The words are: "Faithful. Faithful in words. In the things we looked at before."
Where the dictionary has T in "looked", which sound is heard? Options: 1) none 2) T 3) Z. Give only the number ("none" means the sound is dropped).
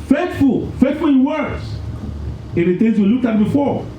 1